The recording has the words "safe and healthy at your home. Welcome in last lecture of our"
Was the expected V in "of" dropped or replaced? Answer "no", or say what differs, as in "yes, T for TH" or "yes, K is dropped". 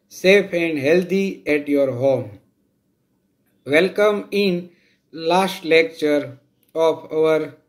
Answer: yes, P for V